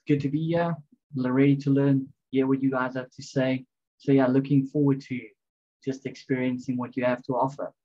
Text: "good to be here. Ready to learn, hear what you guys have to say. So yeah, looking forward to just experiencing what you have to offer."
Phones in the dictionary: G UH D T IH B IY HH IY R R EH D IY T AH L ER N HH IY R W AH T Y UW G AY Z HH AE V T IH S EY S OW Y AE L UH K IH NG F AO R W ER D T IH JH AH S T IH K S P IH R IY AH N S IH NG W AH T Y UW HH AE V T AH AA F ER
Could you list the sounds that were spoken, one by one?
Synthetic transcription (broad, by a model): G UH D T IH B IY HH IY L R EH D IY T AH L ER N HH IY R W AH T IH G AY Z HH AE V T IH S EY S OW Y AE L UH K IH NG F AO R W ER D T IH JH AH S T IH K S P IH R IY AH N S IH NG W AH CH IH HH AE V T AH AA F ER